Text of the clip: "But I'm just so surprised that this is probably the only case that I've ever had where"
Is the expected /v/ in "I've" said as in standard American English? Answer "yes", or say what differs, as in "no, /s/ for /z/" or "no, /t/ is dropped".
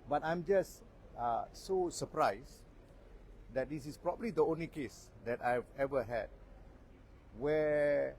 yes